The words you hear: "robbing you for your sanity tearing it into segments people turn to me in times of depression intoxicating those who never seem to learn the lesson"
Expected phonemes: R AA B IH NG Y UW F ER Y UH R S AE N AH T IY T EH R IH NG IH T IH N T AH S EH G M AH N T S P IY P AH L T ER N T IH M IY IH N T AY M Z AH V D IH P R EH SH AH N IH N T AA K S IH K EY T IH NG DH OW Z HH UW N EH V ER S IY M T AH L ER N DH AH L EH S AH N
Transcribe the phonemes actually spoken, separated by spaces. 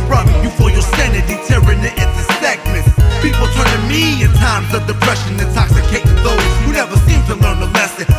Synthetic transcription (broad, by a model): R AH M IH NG Y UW F ER Y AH R S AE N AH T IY T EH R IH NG IH T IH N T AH S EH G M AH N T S P IY P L T ER N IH M IY IH N T AY M Z AH V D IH P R EH SH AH N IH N T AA K S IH K EY IH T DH OW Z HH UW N EH V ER S IY M T AH L ER N DH AH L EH S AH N